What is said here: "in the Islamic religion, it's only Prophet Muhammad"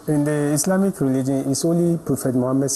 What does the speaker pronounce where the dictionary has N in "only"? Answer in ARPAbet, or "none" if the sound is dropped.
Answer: none